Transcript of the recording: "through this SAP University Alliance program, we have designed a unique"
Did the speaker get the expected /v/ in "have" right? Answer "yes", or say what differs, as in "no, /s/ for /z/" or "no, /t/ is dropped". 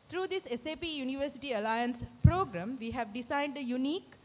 yes